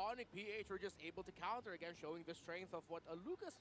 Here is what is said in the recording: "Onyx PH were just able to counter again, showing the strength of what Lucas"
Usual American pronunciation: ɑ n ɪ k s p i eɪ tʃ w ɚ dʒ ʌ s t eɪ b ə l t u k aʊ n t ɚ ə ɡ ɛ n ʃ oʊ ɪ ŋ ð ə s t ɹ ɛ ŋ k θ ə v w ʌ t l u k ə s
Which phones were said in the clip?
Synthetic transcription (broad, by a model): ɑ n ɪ k p i eɪ tʃ w ɚ dʒ ʌ s t eɪ b ə l t u k aʊ n t ɚ ə ɡ ɛ n ʃ oʊ ɪ ŋ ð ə s t ɹ ɛ ŋ k θ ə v w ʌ t l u k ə s